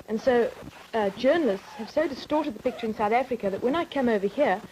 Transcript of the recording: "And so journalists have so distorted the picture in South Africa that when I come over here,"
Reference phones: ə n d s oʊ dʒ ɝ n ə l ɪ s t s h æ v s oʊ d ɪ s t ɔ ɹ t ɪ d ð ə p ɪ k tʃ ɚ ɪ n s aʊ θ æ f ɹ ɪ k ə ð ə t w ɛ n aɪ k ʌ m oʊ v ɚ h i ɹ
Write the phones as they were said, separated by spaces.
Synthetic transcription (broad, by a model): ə n s oʊ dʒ ɝ n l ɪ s t s h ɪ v s oʊ d ɪ s t ɔ ɹ t ɪ d ð ə p ɪ k tʃ ɚ ɪ n s aʊ θ æ f ɹ ɪ k ə ð ə t w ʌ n aɪ k ʌ m oʊ v ɚ h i ɹ